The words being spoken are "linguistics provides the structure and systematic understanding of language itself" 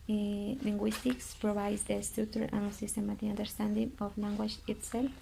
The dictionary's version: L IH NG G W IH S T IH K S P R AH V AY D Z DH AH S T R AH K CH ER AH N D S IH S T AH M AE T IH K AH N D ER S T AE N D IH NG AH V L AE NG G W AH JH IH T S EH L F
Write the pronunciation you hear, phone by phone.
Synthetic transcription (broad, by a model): L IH NG G W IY S T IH K S P R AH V AY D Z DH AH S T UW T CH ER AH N S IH S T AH M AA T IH AH N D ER S T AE N D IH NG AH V L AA NG G W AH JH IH T S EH L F